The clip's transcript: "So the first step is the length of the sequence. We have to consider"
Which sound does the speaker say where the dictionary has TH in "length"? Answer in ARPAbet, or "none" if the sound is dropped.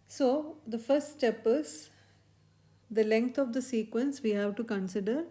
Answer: T